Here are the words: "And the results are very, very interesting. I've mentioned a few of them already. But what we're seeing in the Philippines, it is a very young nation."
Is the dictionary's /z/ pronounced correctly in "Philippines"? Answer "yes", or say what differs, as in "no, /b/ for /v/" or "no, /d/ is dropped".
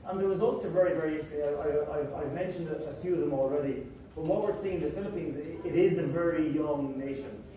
yes